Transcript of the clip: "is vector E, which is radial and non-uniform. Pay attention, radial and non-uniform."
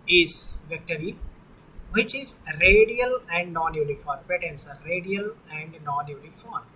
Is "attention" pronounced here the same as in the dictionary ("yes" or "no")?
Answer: no